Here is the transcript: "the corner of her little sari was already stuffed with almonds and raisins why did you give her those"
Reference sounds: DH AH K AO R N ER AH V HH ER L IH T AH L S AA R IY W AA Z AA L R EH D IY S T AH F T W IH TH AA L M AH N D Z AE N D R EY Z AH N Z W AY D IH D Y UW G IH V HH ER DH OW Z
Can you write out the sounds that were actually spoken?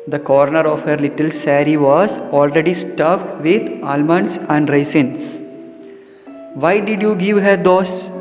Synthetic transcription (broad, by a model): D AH K AO R N ER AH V HH ER L IH T AH L S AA R IY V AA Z AA L R EH D IY S T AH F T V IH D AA L M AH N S AE N D R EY S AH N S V AY D IH D Y UW G IH V HH ER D OW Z